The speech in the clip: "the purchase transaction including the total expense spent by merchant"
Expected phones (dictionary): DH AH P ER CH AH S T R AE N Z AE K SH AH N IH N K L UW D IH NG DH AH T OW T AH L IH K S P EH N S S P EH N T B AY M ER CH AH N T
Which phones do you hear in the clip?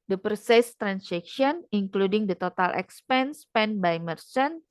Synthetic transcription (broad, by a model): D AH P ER S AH S T R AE N S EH K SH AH N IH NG K L UW D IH NG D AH T OW T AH L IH K S P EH N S S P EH N B AY M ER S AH N